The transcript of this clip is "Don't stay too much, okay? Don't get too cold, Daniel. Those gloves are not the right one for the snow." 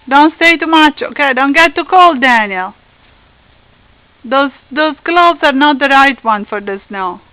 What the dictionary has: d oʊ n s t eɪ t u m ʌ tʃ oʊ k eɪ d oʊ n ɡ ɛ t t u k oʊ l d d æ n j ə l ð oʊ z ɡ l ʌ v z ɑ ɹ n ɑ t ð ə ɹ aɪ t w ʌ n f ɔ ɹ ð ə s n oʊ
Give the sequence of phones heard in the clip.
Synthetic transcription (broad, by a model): d oʊ n s t eɪ t u m ʌ tʃ oʊ k eɪ d oʊ n ɡ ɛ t t u k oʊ l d d æ n j ə l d oʊ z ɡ l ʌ b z ɑ ɹ n ɑ t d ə ɹ aɪ t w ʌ n f ɔ ɹ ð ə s n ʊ